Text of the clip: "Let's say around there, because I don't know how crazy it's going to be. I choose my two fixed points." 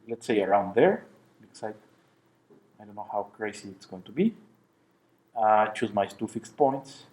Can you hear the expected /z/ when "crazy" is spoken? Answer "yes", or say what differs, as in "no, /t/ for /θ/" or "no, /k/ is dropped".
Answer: no, /s/ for /z/